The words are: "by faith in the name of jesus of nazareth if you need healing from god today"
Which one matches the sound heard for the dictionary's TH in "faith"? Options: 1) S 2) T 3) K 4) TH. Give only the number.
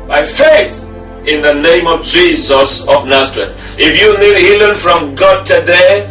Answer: 4